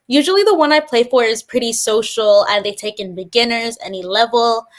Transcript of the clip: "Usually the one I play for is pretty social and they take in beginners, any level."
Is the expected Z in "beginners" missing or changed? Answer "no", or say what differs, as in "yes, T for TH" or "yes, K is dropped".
no